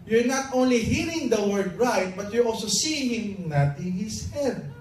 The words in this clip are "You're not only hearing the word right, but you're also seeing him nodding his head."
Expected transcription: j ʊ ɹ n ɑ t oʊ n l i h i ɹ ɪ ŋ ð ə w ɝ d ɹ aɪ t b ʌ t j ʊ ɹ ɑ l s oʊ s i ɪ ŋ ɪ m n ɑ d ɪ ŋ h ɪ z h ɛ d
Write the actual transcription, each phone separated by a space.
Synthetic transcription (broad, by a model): j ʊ ɹ n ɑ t oʊ n l i h i ɹ ɪ ŋ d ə w ɝ d ɹ aɪ t b ʌ t j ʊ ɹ ɑ l s oʊ s i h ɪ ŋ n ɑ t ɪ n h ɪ s h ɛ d